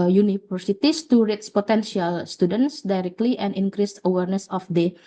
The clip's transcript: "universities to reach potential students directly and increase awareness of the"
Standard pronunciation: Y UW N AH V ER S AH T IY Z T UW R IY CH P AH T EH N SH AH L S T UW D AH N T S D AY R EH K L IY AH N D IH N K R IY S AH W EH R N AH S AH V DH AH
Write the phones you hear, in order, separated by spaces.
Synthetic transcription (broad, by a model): Y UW N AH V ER S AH T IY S T UW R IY S P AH T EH N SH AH L S T UW D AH N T S D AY R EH K L IY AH N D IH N K R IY S AH W EH R N AH S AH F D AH